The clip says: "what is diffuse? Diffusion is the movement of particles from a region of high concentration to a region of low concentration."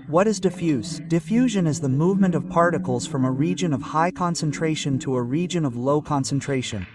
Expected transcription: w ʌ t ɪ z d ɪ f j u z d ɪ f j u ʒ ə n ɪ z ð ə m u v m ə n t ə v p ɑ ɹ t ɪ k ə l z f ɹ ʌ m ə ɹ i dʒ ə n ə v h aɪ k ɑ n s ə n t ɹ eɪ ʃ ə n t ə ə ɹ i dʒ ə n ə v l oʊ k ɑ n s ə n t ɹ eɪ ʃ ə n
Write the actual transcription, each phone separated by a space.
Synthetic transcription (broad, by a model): w ʌ t ɪ z d ɪ f j u z d ɪ f j u ʒ ə n ɪ z ð ə m u v m ə n t ə v p ɑ ɹ t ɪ k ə l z f ɹ ʌ m ə ɹ i dʒ ə n ə v h aɪ k ɑ n s ə n t ɹ eɪ ʃ ə n t ə ə ɹ i dʒ ə n ə v l oʊ k ɑ n s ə n t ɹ eɪ ʃ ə n